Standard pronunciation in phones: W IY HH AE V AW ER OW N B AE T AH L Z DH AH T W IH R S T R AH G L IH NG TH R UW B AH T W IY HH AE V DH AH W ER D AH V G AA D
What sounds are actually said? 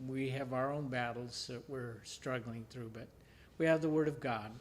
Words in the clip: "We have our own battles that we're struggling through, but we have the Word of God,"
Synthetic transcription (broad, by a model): W IY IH V AW ER OW N B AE T L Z DH AH T W IH R S T R AH G L IH NG TH R UW B AH T W IY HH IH V DH AH W ER D AH V G AA D